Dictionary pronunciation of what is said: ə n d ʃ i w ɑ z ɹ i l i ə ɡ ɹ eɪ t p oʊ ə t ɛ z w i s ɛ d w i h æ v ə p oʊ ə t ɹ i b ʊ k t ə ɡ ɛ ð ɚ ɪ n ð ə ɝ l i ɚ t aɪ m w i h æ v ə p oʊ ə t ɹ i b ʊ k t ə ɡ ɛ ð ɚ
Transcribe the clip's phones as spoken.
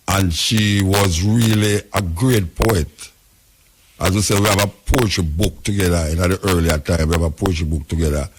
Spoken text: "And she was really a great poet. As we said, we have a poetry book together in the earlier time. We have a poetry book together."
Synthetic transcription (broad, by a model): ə n ʃ i w ɑ z ɹ i l i ə ɡ ɹ eɪ t p oʊ ə t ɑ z w i s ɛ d w i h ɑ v ə p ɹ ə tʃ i b ʊ k t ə ɡ ɛ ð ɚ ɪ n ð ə ɝ l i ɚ t aɪ m w i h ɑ v ə p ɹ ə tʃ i b ʊ k t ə ɡ ɛ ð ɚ